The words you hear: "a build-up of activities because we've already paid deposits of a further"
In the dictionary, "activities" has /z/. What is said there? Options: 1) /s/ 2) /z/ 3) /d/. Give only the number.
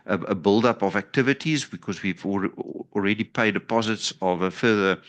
2